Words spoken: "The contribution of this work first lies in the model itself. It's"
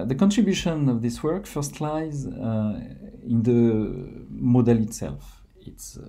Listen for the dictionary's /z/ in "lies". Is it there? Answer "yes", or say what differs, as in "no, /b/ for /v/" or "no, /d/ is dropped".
yes